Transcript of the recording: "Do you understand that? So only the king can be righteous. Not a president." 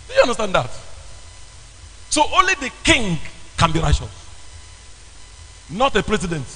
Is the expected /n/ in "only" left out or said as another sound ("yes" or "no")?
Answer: no